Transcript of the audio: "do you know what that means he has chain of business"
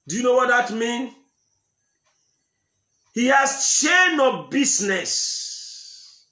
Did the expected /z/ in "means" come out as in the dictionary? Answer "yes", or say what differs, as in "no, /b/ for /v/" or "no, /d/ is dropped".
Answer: no, /z/ is dropped